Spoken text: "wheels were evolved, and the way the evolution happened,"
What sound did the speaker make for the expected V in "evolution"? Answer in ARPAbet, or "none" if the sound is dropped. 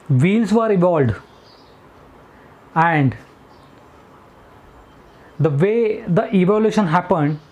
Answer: V